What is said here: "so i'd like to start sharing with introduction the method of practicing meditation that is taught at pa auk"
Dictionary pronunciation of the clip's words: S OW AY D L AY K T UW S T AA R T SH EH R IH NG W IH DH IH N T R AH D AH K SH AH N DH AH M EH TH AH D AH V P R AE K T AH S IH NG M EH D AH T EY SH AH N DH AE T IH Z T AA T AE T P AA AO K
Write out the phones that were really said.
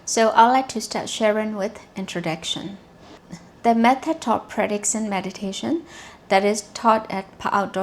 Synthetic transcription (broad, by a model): S OW AY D L AY K T UW S T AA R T SH EH R IH NG W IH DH IH N T R AH D AH K SH AH N DH AH M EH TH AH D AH P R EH T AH S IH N M EH D AH T EY SH AH N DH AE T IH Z T AA T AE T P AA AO